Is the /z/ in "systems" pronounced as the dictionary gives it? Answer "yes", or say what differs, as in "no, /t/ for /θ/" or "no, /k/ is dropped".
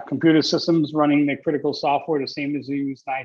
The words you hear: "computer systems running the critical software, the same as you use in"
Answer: yes